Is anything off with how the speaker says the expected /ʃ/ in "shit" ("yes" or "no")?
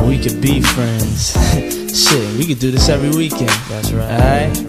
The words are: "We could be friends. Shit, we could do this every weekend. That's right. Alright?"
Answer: yes